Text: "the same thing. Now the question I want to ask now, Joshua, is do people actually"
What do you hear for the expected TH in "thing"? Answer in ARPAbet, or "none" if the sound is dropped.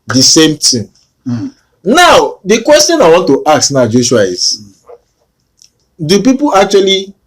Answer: T